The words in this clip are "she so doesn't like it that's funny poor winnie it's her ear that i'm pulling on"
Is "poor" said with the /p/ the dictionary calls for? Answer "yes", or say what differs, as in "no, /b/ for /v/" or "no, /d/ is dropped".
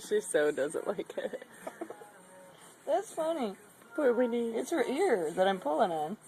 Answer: no, /b/ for /p/